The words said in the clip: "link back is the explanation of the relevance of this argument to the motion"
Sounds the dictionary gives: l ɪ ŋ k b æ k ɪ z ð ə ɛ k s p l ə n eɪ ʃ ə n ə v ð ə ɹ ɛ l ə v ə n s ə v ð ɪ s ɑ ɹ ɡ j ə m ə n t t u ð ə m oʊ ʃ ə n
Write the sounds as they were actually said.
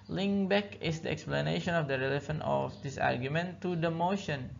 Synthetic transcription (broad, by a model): l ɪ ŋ b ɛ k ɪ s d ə ɛ k s p l ə n eɪ ʃ ə n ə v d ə ɹ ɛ l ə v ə n ə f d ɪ s ɑ ɹ ɡ j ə m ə n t t u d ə m oʊ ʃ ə n